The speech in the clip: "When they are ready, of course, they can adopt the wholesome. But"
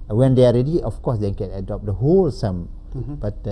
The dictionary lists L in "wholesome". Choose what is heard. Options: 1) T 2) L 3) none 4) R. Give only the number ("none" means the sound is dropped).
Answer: 2